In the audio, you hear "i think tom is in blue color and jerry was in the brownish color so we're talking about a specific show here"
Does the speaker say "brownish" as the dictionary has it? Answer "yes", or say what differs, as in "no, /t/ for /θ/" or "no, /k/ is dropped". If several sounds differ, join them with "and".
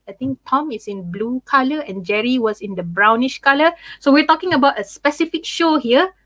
yes